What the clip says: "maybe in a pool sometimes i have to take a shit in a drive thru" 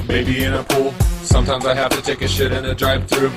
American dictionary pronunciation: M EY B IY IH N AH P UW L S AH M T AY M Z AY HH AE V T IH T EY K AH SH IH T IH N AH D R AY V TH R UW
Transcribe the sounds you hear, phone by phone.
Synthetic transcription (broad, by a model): M EY B IY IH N AH P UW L S AH M T AY M Z AY HH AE F T IH T EY K AH SH IH T IH N AH D R AY P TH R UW